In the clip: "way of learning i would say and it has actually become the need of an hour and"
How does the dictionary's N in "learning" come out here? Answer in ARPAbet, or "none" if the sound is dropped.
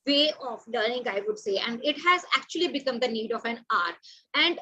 none